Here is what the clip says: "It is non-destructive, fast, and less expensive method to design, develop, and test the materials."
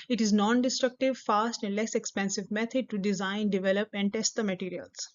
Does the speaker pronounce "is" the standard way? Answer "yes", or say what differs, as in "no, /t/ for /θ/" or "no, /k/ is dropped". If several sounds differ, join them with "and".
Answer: yes